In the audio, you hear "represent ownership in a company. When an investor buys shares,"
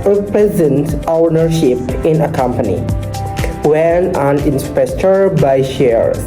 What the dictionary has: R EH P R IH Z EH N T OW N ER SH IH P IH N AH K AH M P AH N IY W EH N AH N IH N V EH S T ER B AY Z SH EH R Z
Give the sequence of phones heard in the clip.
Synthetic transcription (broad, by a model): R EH P R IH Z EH N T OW N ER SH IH P IH N AH K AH M P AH N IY W EH N AH N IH N P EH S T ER B AY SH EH R